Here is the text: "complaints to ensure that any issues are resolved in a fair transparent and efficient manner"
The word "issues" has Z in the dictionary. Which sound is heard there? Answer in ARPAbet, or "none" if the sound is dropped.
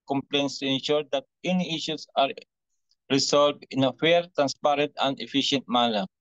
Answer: S